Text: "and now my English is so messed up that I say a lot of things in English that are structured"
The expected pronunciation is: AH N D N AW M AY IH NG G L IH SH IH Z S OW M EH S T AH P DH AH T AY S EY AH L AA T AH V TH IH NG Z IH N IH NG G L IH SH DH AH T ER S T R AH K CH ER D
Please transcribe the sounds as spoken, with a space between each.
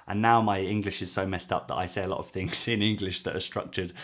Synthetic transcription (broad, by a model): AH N N AW M AY IH NG G L IH SH IH Z S OW M EH S T AH P DH AH T AY S EY AH L AA T AH V TH IH NG Z IH N IH NG G L IH SH DH AH T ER S T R AH K CH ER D